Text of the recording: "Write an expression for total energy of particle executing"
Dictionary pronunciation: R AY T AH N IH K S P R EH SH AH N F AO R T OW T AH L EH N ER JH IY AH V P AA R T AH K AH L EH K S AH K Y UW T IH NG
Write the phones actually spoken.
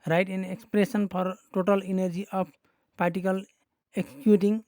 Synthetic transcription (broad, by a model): R AY T AH N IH K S P R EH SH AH N P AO R T OW T AH L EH N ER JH IY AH P P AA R T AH K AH L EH K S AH K Y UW T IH NG